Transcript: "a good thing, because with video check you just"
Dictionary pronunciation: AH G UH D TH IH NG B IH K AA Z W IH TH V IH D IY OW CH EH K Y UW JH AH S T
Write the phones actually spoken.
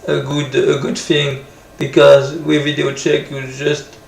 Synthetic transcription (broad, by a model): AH G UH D TH IH NG B IH K AA Z W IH V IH D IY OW CH EH K Y UW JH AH S T